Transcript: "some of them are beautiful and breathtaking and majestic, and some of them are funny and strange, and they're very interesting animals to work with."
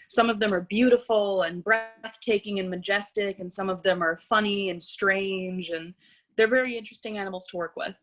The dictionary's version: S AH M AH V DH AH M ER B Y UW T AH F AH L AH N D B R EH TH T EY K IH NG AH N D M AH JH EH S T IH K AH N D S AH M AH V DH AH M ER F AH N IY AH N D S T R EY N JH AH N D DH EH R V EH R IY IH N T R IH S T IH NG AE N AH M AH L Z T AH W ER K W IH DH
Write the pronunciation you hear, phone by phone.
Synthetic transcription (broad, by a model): S AH M AH V DH AH M ER B Y UW T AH F L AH N B R EH TH T EY K IH NG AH N M AH JH EH S T IH K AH N S AH M AH V DH AH M ER F AH N IY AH N S T R EY N JH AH N DH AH R V EH R IY IH N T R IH S T IH NG AE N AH M L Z T AH W ER K W IH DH